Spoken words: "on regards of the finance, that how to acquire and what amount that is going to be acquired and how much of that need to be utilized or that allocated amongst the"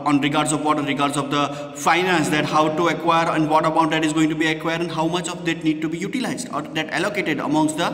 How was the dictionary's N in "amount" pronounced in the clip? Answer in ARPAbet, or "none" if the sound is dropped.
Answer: none